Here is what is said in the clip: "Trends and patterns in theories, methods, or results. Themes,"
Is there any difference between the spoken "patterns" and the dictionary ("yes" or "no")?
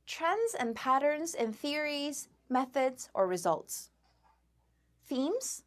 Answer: no